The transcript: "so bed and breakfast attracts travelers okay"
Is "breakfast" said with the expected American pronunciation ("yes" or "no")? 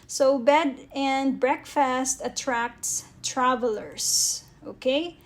yes